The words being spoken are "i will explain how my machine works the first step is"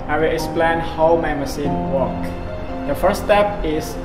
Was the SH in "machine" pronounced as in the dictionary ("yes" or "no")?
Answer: no